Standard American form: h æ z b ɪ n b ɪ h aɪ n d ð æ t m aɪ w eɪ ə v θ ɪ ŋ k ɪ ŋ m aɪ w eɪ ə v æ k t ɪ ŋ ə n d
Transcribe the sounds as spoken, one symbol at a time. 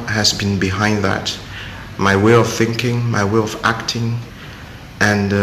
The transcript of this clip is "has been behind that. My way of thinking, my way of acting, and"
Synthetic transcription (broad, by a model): h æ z b ɪ n b ɪ h aɪ n d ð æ t m aɪ w eɪ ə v θ ɪ ŋ k ɪ ŋ m aɪ w eɪ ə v æ k t ɪ ŋ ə n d